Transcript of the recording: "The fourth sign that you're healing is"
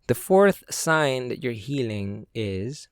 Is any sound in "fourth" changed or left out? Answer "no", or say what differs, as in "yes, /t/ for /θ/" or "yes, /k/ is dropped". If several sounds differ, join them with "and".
no